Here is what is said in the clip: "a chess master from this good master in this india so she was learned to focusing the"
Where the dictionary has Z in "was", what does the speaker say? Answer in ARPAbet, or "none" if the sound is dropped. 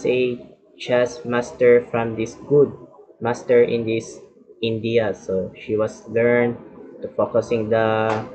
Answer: S